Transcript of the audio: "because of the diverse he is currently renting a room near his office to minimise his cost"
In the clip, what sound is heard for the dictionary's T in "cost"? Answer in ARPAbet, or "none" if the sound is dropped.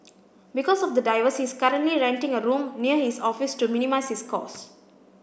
none